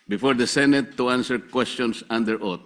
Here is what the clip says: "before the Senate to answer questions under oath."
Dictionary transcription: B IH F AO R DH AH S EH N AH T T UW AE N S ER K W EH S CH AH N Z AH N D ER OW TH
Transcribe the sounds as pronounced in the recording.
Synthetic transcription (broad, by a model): B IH F AO R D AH S EH N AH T T UW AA N S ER K W EH S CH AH N S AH N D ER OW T